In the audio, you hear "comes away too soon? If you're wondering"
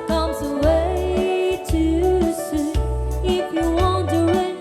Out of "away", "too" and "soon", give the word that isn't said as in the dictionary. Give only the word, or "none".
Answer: soon